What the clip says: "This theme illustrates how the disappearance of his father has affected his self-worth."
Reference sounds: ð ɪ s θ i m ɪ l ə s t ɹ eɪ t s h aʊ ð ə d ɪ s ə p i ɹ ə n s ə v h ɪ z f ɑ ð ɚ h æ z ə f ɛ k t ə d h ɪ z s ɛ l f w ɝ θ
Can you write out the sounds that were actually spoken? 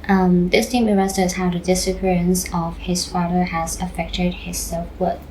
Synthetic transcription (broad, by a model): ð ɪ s t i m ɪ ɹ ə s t eɪ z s h aʊ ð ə d ɪ s ə p i ɹ ə n s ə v h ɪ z f ɑ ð ɚ h æ z ə f ɛ k t ə d h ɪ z s ɛ l f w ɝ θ